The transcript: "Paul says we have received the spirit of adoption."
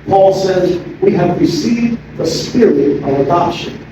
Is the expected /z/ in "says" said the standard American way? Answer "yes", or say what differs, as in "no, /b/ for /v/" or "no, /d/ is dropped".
yes